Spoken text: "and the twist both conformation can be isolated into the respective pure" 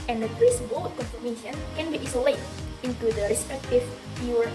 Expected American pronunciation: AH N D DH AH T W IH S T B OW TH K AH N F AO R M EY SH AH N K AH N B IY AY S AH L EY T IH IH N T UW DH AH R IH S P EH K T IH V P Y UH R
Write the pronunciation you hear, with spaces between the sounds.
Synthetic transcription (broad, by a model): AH N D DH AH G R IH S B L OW F K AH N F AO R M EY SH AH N K AH N B IY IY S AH L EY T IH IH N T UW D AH R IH S P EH K T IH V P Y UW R